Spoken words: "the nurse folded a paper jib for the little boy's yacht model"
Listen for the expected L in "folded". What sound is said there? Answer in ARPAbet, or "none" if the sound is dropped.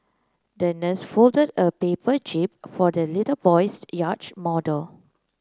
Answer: L